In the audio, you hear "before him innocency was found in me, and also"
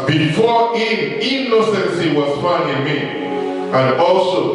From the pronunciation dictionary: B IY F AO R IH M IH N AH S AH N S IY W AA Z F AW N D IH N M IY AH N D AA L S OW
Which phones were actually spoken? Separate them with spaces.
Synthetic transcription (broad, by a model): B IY F AO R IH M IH N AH S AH N S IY W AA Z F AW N IH N M IY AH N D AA L S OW